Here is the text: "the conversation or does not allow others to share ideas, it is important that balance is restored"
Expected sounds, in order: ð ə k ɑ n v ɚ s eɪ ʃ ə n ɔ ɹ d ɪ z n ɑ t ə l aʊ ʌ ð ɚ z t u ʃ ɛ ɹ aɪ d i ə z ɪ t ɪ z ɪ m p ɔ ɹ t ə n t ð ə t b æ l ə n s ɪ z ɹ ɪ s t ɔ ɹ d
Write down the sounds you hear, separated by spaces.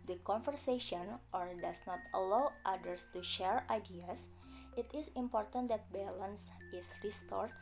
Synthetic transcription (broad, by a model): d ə k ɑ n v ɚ s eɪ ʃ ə n ɔ ɹ d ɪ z n ɑ t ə l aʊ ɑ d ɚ s t u ʃ ɛ ɹ aɪ d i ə s ɪ t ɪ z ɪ m p ɔ ɹ t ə n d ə t b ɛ l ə n s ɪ s ɹ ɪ s t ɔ ɹ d